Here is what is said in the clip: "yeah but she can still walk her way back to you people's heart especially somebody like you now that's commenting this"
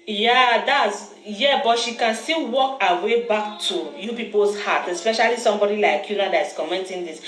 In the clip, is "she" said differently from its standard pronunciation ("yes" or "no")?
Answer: no